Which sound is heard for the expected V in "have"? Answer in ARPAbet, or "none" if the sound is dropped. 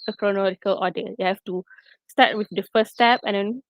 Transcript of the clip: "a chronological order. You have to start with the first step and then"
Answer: F